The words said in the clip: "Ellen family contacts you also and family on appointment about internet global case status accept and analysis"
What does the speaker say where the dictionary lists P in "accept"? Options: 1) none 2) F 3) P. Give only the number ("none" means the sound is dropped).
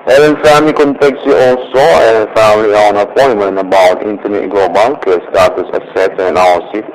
1